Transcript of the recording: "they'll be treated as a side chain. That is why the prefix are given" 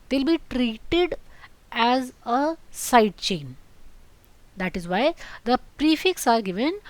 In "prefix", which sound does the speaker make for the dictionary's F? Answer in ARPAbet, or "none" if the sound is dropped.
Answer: F